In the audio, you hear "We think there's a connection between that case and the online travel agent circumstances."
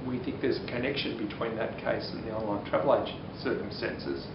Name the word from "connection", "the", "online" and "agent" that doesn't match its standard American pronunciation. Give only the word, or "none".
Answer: agent